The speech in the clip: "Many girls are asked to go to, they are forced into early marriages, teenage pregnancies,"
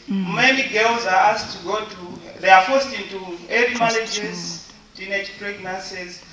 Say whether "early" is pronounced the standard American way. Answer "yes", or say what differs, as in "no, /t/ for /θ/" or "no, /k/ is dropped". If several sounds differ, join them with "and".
no, /l/ is dropped